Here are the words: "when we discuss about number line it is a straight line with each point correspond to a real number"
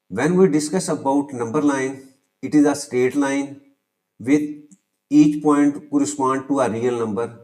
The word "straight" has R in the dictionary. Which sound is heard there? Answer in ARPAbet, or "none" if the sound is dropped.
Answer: none